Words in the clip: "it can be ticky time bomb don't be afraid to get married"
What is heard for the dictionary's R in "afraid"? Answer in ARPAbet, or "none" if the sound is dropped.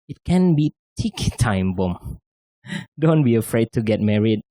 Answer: R